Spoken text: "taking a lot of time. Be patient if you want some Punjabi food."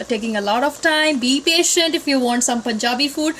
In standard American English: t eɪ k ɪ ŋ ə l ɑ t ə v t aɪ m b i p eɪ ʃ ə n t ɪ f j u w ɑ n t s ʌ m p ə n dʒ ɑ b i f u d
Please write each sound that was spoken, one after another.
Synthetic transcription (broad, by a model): t eɪ k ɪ ŋ ə l ɑ t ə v t aɪ m b i p eɪ ʃ ə n t ɪ f j u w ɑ n t s ʌ m p ə n dʒ ɑ b i f u d